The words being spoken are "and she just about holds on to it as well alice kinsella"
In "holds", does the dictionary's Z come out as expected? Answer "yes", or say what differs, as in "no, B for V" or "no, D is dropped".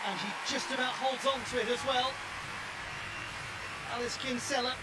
yes